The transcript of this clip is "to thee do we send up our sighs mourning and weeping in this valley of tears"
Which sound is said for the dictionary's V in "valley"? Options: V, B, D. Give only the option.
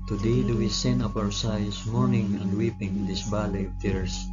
B